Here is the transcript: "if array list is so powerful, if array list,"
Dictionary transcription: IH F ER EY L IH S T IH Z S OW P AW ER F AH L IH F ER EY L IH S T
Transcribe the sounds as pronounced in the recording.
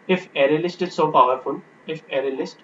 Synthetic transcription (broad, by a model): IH F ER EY L IH S T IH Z S OW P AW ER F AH N IH F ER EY L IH S T